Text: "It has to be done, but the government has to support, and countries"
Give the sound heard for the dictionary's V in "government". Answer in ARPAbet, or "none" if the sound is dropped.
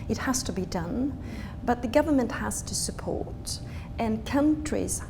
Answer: V